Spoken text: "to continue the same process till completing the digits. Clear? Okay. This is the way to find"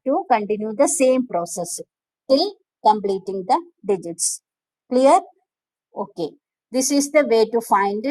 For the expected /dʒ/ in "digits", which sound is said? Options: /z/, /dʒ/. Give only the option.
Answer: /dʒ/